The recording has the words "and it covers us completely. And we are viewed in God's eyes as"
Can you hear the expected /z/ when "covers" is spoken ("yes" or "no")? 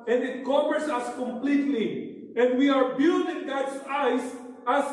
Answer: no